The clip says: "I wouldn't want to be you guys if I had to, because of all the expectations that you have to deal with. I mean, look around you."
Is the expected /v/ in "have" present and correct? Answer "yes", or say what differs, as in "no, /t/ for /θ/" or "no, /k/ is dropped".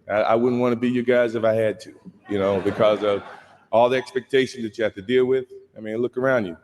no, /f/ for /v/